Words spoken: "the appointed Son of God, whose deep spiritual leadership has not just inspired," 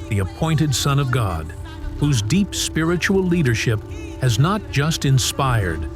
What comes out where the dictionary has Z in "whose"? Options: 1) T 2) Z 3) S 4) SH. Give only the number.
2